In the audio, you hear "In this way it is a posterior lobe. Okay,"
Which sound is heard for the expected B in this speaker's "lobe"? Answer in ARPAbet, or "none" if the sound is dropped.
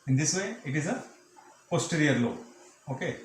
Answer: none